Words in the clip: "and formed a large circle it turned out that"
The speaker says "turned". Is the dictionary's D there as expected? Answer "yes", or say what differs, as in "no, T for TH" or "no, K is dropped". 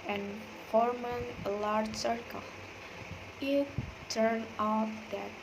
no, D is dropped